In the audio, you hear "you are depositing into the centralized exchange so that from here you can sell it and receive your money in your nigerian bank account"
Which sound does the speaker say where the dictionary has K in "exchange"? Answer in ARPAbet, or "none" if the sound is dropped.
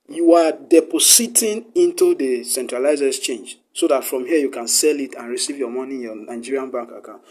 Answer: none